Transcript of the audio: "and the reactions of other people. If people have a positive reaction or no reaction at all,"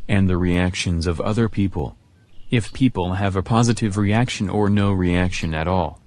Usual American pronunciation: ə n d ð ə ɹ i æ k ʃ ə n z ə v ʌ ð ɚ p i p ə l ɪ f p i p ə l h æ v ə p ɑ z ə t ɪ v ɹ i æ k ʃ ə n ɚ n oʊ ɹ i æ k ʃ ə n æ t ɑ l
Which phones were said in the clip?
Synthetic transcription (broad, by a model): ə n ð ə ɹ i æ k ʃ ə n z ə v ʌ ð ɚ p i p ə l ɪ f p i p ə l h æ v ə p ɑ z ə t ɪ v ɹ i æ k ʃ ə n ɚ n oʊ ɹ i æ k ʃ ə n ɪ t ɑ l